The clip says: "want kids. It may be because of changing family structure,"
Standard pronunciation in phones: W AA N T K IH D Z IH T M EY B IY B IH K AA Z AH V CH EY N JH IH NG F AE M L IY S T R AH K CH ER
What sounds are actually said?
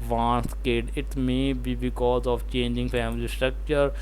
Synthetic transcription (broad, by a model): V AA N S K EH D IH T M EY B IY B IH K AA Z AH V CH EY N JH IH NG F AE M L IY S T R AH K CH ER